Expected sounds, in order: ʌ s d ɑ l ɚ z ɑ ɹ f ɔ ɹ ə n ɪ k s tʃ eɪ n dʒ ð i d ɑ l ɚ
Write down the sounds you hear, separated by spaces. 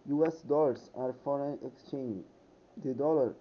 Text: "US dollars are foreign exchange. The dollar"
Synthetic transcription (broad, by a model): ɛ s d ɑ l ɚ s ɑ ɹ f ɔ ɹ ə n ɪ k s tʃ eɪ n dʒ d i d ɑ l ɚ